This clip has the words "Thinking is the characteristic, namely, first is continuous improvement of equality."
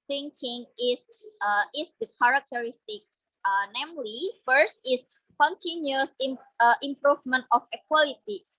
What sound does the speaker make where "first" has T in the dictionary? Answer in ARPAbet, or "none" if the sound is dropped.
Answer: T